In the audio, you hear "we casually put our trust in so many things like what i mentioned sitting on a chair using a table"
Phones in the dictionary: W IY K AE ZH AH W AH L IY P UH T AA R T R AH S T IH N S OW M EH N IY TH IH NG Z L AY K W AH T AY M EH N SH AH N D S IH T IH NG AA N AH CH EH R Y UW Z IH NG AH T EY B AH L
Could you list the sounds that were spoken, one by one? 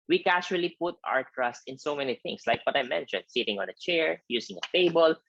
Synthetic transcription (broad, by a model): W IY K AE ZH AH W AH L IY P UH T AA R T R AH S T IH N S OW M EH N IY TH IH NG S L AY K W AH T AY M EH N SH AH N D S IH T IH NG AA N AH CH EH R Y UW S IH NG AH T EY B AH L